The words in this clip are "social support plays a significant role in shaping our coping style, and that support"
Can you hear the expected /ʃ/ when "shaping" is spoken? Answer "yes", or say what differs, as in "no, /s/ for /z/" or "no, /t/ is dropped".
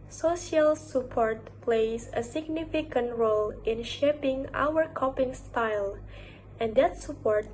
yes